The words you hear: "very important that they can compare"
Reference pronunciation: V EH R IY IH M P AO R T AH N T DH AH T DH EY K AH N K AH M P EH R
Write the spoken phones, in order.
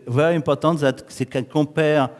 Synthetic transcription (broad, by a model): V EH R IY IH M P AO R T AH T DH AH T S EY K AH K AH P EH R